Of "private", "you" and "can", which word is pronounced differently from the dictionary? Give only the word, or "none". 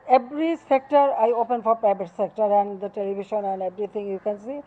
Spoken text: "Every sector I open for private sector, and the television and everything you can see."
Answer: private